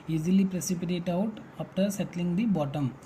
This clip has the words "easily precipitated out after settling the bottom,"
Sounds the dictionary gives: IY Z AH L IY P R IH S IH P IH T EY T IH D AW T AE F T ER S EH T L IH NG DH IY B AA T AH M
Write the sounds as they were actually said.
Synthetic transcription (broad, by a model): IY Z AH L IY P R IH S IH P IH T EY T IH UH T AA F T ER S EH T L IH NG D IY B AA T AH M